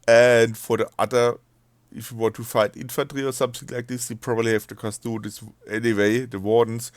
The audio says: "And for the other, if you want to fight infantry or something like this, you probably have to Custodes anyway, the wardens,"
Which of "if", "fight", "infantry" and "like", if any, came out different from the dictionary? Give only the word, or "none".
none